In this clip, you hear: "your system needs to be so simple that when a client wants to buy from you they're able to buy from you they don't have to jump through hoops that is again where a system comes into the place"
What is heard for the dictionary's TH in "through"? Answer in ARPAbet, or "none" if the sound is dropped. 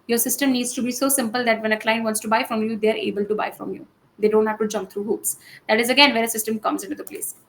T